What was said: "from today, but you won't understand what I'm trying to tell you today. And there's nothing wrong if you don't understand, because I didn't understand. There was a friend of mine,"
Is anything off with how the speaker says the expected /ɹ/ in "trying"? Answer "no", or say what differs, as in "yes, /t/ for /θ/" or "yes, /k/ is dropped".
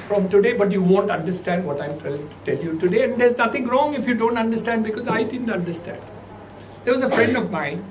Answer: yes, /l/ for /ɹ/